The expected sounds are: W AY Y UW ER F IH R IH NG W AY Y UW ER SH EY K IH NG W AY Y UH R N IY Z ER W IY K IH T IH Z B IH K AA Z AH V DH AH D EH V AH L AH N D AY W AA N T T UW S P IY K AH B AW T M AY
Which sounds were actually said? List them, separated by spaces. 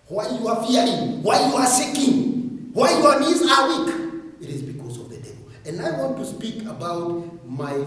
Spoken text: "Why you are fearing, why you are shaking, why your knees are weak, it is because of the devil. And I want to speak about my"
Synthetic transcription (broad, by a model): W AY Y UW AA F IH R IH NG W AY Y UW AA S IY K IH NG W AY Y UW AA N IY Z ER W IY K IH T IH Z B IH K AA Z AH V DH AH D EH V AH L AH N D AY W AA N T T UW S P IY K AH B AW T M AY